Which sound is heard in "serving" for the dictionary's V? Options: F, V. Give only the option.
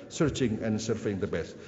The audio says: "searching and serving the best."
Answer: F